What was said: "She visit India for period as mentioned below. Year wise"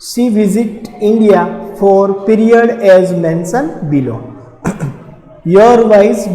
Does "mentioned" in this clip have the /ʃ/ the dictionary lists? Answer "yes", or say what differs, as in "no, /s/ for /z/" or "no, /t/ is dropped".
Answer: no, /s/ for /ʃ/